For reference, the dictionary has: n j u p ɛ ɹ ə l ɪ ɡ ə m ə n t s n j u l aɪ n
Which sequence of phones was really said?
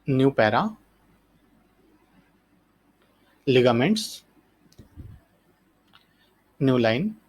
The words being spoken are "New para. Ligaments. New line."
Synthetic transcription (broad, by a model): n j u p ɛ ɹ ə l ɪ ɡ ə m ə n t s n j u l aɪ n